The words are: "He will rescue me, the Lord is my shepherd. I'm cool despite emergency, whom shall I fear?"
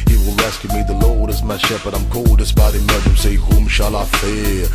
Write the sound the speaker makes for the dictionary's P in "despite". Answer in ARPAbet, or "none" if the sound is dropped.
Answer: B